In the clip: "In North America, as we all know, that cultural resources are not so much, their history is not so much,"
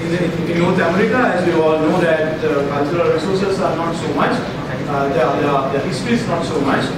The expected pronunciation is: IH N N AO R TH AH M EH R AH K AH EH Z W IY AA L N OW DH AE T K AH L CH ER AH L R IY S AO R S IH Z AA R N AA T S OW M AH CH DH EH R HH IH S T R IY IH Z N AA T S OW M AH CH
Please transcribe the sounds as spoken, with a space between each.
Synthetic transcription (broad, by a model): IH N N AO R T AH M EH R AH K AH EH Z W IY AA L N OW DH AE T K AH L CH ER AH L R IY S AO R S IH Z AA R N AA T S OW M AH CH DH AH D HH IH S T R IY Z N AA T S OW M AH CH